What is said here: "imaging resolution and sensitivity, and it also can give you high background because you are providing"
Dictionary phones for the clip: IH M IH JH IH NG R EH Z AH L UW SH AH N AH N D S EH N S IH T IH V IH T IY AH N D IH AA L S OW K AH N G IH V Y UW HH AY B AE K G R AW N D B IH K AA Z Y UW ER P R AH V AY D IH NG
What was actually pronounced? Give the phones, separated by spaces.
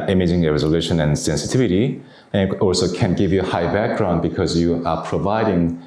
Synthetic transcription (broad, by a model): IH M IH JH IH NG R EH Z AH L UW SH AH N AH N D S EH N S IH T IH V IH T IY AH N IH AA L S OW K AH N G IH V Y UW HH AY B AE K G R AW N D B IH K AA Z Y UW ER P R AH V AY D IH NG